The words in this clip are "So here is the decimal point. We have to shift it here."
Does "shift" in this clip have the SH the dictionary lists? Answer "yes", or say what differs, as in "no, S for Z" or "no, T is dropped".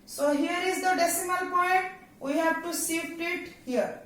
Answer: no, S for SH